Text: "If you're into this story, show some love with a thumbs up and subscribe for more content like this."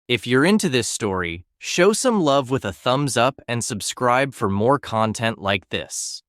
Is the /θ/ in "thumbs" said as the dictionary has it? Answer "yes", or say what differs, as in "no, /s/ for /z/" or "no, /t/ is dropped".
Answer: yes